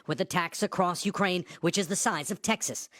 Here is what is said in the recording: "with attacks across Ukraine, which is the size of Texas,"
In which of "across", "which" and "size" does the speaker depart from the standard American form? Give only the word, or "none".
none